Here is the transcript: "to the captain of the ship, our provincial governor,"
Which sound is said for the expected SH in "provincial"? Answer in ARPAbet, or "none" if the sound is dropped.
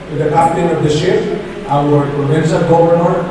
S